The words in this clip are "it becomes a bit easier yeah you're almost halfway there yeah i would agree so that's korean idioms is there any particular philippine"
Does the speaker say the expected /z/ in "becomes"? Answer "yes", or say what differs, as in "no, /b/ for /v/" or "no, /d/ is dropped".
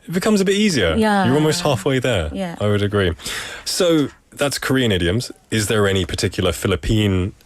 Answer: yes